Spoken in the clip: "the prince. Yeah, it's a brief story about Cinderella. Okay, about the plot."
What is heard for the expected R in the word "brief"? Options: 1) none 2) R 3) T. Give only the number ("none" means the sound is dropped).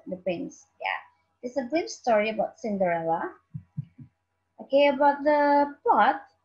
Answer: 1